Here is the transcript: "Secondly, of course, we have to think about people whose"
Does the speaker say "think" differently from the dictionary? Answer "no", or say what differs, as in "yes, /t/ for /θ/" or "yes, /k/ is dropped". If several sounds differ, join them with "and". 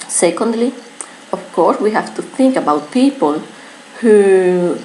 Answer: no